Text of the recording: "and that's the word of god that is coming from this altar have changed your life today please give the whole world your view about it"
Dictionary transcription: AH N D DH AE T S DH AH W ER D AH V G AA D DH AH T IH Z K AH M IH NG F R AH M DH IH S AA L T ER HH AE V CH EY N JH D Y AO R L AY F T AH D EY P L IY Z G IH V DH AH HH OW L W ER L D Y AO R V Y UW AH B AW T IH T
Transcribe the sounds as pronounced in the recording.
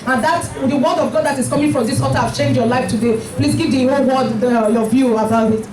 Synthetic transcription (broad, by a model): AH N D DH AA T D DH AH W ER D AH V G AA D DH AH T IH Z K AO M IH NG F R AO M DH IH S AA T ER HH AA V CH EY N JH Y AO L AY F T AH D EY P L IY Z G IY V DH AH HH OW L W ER D Y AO V Y UW AH B AW T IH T